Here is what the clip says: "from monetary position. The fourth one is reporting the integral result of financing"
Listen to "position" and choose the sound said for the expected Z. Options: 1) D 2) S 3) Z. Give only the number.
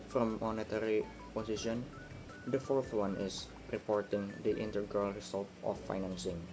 2